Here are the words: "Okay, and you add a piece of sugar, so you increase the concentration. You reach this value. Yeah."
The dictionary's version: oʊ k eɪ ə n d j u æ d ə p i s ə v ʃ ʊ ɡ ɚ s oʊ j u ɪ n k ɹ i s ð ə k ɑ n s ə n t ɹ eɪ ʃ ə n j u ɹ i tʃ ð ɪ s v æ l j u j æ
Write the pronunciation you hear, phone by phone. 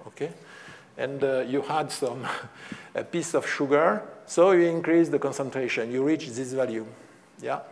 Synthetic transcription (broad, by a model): oʊ k eɪ ə n d j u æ d ə p i s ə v ʃ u ɡ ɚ s oʊ j u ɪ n k ɹ i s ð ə k ɑ n s ə n t ɹ eɪ ʃ ə n j u ɹ i tʃ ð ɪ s v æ l j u j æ